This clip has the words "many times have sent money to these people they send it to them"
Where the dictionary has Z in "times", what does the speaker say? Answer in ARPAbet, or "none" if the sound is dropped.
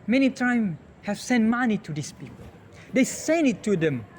none